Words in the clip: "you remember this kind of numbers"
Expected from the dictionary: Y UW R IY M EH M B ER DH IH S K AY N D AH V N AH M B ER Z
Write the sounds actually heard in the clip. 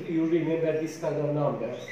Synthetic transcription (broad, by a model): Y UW R IY M EH M B ER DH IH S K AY D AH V N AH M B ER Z